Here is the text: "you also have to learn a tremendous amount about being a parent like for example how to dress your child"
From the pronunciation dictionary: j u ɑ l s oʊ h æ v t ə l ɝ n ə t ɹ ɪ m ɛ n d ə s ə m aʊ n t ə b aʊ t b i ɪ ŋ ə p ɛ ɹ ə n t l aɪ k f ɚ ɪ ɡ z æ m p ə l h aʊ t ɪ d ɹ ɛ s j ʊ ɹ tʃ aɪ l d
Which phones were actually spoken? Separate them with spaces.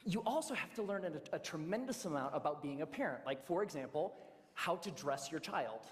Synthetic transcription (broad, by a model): j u ɑ l s oʊ h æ f t ə l ɝ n ə t ɹ ɪ m ɛ n d ə s ə m aʊ n t ə b aʊ t b i ɪ ŋ ə p ɛ ɹ ə n t l aɪ k f ɚ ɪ ɡ z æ m p l h aʊ t ɪ d ɹ ɛ s j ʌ ɹ tʃ aɪ l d